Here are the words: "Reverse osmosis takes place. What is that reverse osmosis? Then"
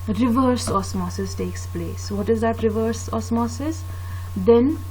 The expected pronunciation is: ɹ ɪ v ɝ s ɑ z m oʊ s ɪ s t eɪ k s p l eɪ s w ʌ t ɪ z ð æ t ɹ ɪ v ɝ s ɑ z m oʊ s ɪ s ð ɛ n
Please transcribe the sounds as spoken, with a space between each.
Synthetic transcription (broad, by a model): ɹ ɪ v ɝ s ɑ s m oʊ s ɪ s t eɪ k s p l eɪ s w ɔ t ɪ z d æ t ɹ ɪ v ɝ s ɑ s m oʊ s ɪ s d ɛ n